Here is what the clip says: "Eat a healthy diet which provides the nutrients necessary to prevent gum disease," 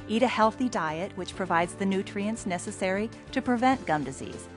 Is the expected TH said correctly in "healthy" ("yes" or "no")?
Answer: yes